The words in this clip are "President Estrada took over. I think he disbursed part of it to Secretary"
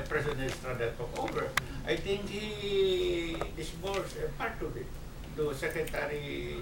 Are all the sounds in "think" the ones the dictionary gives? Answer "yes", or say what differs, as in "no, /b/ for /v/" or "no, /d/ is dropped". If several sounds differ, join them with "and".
no, /t/ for /θ/